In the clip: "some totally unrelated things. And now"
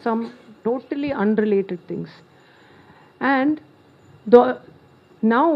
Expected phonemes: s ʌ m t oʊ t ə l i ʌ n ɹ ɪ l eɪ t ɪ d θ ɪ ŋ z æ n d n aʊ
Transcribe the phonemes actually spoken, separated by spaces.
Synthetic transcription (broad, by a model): s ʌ m t oʊ t ə l i ʌ n ɹ ɪ l eɪ t ɪ d t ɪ ŋ s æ n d n aʊ